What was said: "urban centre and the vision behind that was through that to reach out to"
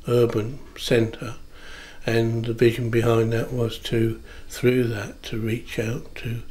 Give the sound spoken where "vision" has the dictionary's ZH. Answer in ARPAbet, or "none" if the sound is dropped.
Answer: ZH